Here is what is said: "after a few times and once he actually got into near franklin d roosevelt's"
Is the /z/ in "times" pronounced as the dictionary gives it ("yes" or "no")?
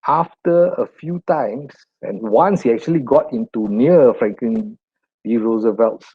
no